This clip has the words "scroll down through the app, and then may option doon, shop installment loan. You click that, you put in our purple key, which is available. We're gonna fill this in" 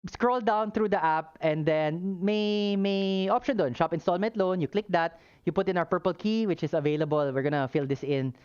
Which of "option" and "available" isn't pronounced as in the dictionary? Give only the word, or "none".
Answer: none